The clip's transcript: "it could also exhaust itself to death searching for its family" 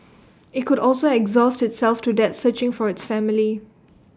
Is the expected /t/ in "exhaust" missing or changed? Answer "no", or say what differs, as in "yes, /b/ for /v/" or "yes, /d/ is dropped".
no